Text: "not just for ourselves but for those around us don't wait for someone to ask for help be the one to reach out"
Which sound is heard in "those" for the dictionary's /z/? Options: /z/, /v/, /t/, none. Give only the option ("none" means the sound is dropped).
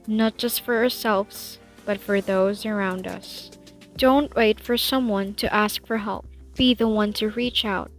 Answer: /z/